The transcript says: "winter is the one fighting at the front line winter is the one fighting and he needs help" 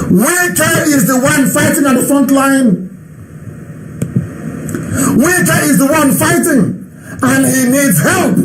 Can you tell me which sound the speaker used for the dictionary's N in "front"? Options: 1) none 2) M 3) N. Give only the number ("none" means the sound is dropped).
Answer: 3